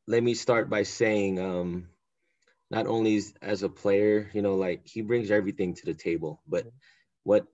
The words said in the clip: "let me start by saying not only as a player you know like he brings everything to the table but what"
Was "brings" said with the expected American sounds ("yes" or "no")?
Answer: yes